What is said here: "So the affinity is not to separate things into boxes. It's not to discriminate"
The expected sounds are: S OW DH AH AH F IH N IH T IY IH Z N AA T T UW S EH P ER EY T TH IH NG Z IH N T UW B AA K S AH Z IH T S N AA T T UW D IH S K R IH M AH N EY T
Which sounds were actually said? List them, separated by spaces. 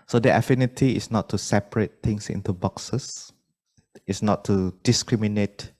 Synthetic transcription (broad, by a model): S OW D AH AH F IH N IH T IY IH S N AA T T UW S EH P ER EY T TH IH NG S IH N T UW B AA K S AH S IH T S N AA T T UW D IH S K R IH M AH N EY T